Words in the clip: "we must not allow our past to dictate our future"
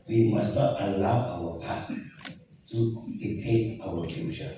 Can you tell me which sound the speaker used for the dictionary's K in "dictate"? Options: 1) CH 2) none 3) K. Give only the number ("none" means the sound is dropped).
2